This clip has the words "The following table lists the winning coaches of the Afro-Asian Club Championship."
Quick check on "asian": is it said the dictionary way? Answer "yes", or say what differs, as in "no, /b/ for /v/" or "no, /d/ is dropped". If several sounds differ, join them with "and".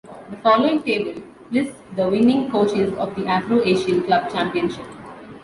no, /ʃ/ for /ʒ/